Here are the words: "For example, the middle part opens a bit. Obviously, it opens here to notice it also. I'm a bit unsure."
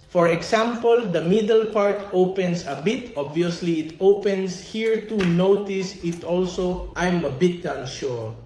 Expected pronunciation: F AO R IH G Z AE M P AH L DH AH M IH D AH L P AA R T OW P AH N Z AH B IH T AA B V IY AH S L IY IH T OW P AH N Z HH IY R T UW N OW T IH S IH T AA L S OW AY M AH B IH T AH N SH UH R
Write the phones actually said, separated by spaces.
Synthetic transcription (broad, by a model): F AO R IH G S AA M P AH L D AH M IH D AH L P AA R T OW P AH N S AH B IH T AA B V IY AH S L IY IH T OW P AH N S HH IY R T UW N OW T IH S IH T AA L S OW AY M AH B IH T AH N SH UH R